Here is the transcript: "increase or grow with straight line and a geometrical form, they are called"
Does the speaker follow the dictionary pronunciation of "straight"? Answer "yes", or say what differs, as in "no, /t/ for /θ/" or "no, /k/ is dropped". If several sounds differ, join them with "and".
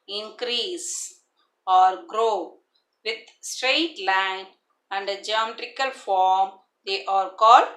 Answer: yes